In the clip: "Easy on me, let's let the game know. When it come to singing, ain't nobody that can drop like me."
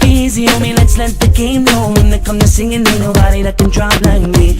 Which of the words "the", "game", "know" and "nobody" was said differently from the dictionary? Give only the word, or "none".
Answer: know